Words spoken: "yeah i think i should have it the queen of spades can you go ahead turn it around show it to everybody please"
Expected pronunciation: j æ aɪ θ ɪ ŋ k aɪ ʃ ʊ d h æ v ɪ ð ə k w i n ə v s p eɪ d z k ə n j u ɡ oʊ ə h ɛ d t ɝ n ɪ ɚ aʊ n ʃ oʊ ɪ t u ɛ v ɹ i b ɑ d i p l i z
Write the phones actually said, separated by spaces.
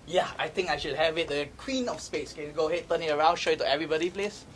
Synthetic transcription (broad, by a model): j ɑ aɪ t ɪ ŋ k aɪ ʃ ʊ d h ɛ v ɪ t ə k w i n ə f s p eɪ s k ə n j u ɡ oʊ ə h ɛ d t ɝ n ɪ ɚ aʊ n ʃ oʊ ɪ t u ɛ v ɹ i b ɑ d i p l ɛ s